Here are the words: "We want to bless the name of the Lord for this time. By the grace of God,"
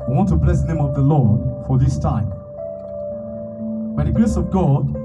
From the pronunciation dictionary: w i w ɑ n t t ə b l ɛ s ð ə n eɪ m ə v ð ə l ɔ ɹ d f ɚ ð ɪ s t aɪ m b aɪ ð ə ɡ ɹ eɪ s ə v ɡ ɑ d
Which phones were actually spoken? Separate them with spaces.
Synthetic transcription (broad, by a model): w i w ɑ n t t ə b l ɛ s ð ə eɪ m ə v ð ə l ɔ ɹ d f ɚ ð ɪ s t aɪ m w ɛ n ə ɡ ɹ eɪ s ə v ɡ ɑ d